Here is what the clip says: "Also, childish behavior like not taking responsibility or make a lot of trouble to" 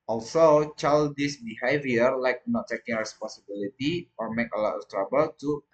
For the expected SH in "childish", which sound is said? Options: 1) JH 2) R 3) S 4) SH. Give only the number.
3